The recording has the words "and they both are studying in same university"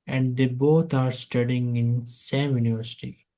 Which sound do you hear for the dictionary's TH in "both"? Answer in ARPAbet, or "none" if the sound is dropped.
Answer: T